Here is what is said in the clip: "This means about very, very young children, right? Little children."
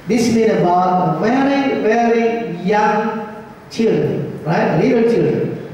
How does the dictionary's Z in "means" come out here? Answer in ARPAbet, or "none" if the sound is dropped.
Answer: none